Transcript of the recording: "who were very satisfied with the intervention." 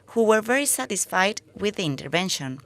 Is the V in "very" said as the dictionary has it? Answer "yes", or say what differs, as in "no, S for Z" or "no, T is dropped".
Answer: yes